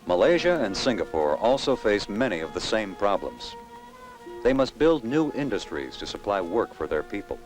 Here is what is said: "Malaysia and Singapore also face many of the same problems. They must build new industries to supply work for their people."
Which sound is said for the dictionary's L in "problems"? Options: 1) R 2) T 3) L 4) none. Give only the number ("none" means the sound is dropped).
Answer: 3